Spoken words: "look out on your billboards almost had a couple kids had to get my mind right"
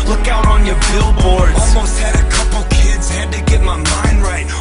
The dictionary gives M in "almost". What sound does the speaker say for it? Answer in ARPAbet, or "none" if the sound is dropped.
M